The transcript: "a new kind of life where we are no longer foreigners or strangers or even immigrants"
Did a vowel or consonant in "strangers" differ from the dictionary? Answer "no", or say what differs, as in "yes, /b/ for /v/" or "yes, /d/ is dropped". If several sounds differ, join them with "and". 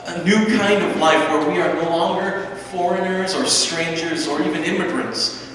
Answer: no